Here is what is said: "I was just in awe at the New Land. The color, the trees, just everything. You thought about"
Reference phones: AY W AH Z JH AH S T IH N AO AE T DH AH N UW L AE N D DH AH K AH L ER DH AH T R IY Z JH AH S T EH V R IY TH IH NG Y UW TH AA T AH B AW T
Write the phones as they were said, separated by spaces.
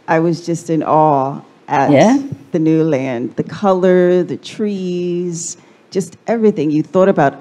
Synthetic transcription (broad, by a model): AY W AH Z JH AH S T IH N AO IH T DH AH N UW L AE N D DH AH K AH L ER DH AH T R IY Z JH AH S T EH V R IY TH IH NG Y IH TH AA T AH B AW T